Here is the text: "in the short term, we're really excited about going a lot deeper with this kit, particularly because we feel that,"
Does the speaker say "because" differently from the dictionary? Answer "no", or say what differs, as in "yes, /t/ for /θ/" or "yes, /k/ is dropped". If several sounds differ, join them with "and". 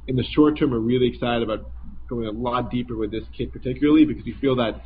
no